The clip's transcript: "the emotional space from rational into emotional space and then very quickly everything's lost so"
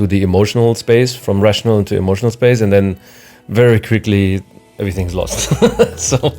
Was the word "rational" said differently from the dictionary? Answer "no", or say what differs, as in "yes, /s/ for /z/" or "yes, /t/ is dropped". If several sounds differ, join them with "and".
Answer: no